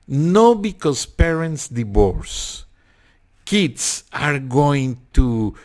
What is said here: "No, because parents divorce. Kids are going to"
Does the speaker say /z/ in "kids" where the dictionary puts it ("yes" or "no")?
no